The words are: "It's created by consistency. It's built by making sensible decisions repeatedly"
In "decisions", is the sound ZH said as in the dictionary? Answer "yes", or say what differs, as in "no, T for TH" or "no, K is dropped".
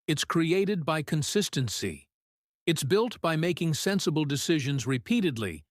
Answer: yes